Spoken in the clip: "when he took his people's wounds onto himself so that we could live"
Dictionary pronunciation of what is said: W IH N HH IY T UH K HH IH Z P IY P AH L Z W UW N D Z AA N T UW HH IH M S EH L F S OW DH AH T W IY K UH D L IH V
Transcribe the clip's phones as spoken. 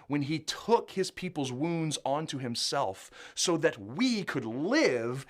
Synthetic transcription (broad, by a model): W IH N IY T UH K HH IH Z P IY P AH L Z W UW N D Z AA N T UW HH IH M S EH L F S OW DH AH T W IY K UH D L IH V